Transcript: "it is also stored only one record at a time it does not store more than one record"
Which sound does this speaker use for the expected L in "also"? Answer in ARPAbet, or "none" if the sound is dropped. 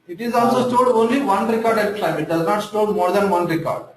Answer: L